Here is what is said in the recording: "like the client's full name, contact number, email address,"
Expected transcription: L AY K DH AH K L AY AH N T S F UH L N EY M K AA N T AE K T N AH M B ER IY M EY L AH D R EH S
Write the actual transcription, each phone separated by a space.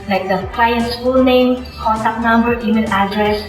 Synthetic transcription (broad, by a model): L AY K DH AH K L AY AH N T S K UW L N EY M K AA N T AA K N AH M B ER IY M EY N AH D R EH S